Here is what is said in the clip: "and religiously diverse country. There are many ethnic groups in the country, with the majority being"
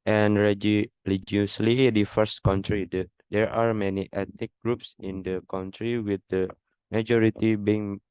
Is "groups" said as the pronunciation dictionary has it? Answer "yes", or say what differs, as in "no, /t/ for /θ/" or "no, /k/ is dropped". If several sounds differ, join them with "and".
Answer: yes